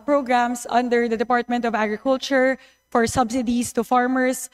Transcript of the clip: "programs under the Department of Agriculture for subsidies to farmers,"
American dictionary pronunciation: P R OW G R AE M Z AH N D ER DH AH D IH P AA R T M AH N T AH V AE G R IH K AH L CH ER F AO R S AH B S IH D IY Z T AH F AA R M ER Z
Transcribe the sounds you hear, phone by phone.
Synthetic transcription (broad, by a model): P R OW G R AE M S AH N D ER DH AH D IH P AA R T M AH N T AH V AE G R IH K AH L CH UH F AO R S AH B S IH D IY S T AH F AA R M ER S